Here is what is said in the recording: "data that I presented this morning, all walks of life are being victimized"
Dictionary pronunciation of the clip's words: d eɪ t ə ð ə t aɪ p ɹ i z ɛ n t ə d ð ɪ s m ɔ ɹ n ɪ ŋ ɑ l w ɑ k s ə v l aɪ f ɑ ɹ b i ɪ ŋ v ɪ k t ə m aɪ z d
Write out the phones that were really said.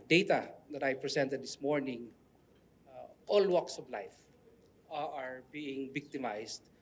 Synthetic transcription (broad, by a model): d eɪ t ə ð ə t aɪ p ɹ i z ɛ n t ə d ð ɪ s m ɔ ɹ n ɪ ŋ ɑ l w ɑ k s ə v l aɪ f ɑ ɹ b i ɪ ŋ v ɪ k t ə m aɪ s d